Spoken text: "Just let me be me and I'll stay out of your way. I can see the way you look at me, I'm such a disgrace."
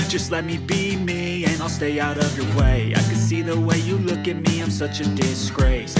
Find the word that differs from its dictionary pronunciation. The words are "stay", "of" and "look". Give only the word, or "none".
none